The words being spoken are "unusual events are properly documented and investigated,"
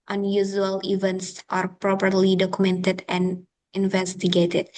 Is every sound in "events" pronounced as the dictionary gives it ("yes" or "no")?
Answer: yes